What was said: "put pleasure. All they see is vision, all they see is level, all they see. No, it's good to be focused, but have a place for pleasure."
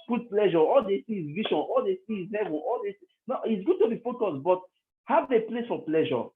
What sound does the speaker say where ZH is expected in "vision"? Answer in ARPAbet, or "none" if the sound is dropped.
SH